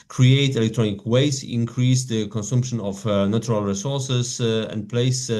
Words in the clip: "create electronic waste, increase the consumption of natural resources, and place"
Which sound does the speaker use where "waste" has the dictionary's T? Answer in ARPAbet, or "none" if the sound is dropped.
none